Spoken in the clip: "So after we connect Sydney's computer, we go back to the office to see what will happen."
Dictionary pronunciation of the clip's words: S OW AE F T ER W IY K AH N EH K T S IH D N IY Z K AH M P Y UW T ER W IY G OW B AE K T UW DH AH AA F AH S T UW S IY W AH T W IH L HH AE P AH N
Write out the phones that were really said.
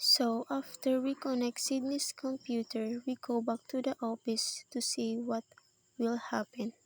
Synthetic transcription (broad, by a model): S OW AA F T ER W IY K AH N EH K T S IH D N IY S K AH M P Y UW T ER W IY G OW B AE K T UW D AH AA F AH S T UW S IY W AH T W IH L HH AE P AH N